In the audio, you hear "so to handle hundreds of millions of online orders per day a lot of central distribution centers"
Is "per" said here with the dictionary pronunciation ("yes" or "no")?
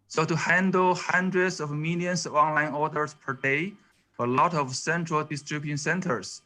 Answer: yes